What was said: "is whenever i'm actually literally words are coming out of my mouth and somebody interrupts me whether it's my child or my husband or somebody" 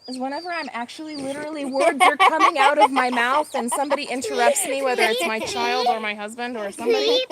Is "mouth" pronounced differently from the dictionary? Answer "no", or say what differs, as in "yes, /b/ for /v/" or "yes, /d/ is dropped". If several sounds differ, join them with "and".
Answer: no